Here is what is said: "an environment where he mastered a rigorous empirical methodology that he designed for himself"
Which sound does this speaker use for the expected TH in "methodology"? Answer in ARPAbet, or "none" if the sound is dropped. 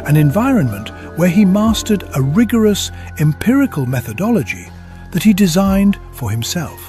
TH